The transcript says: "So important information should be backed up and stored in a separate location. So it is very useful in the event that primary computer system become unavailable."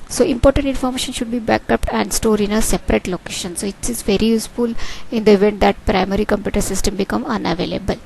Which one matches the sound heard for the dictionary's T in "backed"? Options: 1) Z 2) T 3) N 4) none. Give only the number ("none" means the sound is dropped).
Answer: 4